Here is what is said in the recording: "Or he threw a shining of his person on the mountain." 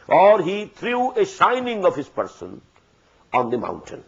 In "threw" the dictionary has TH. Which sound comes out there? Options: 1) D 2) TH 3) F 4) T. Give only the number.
4